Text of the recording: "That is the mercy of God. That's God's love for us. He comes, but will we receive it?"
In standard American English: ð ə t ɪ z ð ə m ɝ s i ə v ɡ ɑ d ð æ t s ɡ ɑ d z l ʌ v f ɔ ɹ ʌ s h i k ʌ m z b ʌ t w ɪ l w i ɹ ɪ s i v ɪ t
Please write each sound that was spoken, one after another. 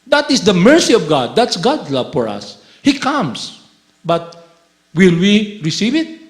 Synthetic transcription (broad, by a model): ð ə t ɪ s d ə m ɝ s i ə v ɡ ɑ d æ t s ɡ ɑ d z l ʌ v f ɔ ɹ ʌ s h i k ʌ m s b ʌ t w ɪ l w i ɹ ɪ s i v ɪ t